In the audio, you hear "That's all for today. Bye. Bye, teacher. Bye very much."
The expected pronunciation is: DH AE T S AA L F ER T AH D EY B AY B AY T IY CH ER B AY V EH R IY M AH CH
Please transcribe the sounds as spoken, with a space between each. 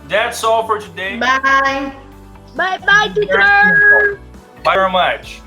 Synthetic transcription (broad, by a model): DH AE T S AA L F ER T AH D EY B AY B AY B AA IH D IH B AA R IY M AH CH